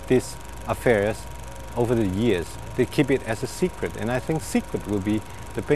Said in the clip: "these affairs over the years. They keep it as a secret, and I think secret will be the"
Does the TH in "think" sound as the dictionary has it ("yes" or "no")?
yes